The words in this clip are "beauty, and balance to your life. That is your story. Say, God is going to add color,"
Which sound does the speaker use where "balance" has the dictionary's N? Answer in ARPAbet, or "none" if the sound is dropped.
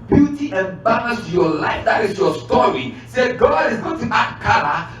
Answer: none